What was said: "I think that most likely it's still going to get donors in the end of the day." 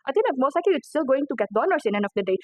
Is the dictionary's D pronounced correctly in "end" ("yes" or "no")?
no